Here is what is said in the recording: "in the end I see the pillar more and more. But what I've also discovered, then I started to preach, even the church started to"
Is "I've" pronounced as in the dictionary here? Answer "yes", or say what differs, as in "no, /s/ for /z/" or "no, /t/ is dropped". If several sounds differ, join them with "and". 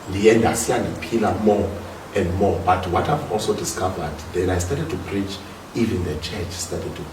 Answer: yes